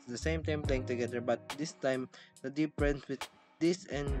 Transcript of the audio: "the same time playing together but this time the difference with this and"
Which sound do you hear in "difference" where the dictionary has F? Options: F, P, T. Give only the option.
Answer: P